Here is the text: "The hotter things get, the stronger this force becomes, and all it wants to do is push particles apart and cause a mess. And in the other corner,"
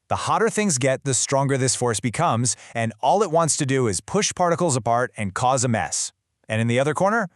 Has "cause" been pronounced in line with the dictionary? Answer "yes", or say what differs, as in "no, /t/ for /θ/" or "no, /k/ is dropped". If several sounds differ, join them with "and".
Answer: yes